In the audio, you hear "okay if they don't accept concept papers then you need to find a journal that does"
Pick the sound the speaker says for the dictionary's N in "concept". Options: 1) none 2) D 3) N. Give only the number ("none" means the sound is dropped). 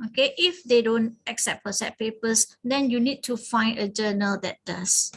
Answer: 1